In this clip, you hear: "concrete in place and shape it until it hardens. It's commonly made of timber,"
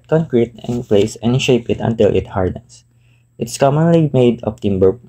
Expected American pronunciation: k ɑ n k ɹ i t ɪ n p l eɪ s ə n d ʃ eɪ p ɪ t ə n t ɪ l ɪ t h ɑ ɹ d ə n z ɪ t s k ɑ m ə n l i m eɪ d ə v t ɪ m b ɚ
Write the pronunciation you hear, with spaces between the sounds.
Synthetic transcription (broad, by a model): k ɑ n k ɹ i t ɪ n p l eɪ s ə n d ʃ eɪ p ɪ t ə n t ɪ l ɪ t h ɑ ɹ d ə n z ɪ t s k ɑ m ə n l i m eɪ d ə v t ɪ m b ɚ